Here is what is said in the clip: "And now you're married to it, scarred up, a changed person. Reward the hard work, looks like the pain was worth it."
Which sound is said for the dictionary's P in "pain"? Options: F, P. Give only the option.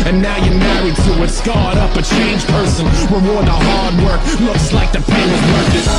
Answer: F